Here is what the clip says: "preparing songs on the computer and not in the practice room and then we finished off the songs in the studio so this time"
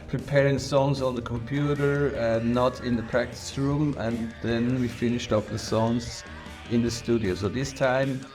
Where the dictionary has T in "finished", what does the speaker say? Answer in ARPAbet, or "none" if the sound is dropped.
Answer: T